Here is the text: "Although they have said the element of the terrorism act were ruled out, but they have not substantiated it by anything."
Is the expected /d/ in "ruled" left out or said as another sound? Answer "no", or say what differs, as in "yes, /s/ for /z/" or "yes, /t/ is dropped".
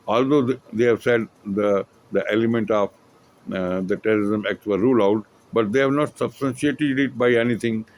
yes, /d/ is dropped